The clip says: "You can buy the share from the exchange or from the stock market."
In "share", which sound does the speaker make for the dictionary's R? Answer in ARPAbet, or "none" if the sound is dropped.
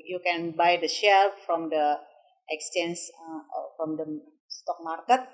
L